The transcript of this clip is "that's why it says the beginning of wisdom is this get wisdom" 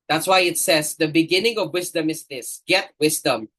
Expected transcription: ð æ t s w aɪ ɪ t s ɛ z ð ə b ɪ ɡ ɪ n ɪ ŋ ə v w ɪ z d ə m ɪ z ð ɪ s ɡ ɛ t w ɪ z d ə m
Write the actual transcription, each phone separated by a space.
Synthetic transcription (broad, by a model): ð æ t s w aɪ ɪ t s ɛ z ð ə b ɪ ɡ ɪ n ɪ ŋ ə v w ɪ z d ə m ɪ z ð ɪ s ɡ ɛ t w ɪ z d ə m